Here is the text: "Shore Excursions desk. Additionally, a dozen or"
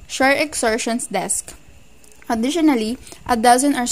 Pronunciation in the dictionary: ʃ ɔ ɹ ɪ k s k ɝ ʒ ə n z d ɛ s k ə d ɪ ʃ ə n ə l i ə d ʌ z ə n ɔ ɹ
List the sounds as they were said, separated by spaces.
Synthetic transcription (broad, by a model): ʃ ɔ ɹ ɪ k s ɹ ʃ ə n s d ɛ s k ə d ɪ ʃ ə n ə l i ə d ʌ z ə n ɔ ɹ